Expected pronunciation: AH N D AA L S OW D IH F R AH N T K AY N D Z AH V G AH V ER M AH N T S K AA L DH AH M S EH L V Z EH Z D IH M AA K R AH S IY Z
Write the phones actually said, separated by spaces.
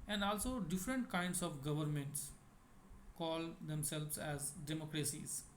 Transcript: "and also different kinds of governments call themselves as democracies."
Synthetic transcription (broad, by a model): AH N D AA L S OW D IH F R AH N T K AY N D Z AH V G AH V ER M AH N T S K AA L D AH M S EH L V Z EH Z D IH M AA K R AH S IY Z